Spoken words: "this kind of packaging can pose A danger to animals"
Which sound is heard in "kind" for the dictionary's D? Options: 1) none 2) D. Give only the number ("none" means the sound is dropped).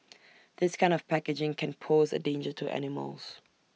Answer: 2